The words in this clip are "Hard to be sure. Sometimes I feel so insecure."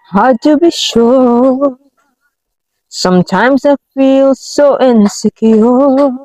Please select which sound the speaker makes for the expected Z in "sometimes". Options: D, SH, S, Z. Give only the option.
Z